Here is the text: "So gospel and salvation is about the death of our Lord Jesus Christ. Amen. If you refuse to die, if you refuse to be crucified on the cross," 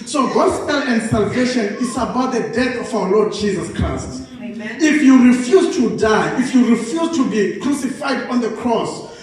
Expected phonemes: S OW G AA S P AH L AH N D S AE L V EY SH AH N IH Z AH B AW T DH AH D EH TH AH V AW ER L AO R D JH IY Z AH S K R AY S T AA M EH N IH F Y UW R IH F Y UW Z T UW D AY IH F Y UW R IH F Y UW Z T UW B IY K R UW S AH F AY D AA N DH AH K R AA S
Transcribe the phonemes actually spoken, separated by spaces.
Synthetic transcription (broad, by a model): S OW G AA S P AH L AH N D S AE L V EY SH AH N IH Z AH B AW T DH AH D EH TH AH F AW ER L AO D JH IY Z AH S K R AY S T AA F Y UW R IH F Y UW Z T UW D AY IH F Y UW R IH F Y UW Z T UW B IY K R UW S AH F AY D AA N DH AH K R AA S